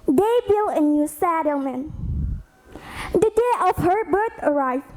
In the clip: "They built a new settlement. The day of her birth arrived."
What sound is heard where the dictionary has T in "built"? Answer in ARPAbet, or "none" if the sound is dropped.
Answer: none